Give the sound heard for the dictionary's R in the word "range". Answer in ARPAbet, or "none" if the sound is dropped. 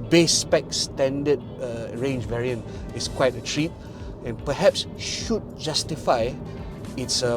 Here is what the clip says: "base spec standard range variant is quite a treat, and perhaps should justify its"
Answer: R